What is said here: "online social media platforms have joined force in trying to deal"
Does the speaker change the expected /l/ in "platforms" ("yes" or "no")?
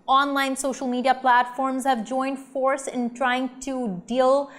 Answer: no